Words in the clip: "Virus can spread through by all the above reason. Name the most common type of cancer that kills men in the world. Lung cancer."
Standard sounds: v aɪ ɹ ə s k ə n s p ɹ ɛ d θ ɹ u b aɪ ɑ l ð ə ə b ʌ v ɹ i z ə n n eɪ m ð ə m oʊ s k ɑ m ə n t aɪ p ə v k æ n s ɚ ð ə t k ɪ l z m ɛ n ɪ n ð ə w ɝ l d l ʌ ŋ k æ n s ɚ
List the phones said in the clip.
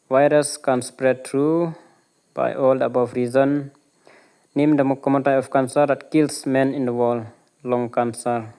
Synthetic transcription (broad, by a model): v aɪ ɹ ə s k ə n s p ɹ ɛ d t ɹ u b aɪ ɑ l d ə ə b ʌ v ɹ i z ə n n eɪ m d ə m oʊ k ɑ m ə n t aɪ ə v k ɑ n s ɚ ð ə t k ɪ l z m ɛ n ɪ n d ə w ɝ l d l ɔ ŋ k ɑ n s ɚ